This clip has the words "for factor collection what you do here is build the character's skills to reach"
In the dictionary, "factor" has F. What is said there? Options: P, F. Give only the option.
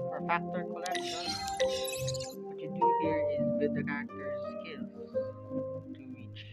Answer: F